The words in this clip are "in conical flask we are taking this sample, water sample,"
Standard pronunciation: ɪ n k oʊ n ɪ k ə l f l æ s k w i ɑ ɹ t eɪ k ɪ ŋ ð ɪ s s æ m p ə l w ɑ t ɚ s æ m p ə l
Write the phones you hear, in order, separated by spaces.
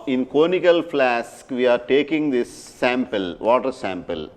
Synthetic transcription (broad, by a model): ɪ n k oʊ n ɪ k ə l f l æ s k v i ɑ ɹ t eɪ k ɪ ŋ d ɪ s s æ m p ə l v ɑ t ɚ s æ m p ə l